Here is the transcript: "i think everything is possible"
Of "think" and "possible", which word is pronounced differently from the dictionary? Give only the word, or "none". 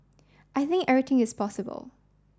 none